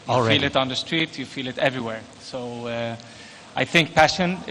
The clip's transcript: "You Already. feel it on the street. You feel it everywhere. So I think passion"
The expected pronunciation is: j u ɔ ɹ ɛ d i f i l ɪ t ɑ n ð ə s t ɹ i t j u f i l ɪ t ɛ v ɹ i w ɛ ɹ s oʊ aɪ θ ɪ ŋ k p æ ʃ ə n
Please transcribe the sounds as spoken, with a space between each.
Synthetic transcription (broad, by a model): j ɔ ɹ f i l ɪ t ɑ n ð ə s t ɹ i t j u f i l ɪ t ɛ v ɹ i w ɛ ɹ s oʊ aɪ θ ɪ ŋ k p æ ʃ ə n